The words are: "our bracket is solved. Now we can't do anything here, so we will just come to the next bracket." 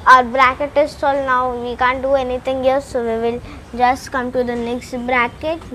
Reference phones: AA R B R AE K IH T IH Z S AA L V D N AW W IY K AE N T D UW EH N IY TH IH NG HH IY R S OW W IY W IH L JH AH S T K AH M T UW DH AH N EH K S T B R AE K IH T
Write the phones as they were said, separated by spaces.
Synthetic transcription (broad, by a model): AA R B R AE K IH T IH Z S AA L N AW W IY K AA N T D UW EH N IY T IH NG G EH L S OW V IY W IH L JH AH S T K AH M T UW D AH N EH K S T B R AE K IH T